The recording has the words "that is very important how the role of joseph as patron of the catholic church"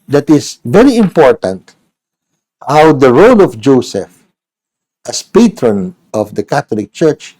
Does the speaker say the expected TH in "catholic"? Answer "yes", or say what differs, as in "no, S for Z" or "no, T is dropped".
no, T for TH